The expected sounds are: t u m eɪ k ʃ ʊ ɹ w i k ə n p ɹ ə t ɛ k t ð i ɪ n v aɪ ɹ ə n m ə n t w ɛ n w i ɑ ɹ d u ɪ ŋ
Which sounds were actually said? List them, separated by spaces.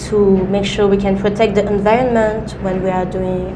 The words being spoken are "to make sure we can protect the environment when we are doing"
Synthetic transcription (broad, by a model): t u m eɪ k ʃ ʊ ɹ w i k ə n p ɹ ə t ɛ k t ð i ɪ n v aɪ ɹ ə n m ə n t w ɛ n w i ɑ ɹ d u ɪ ŋ